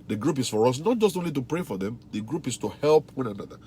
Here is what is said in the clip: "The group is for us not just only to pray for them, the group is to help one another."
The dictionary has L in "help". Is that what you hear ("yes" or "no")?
yes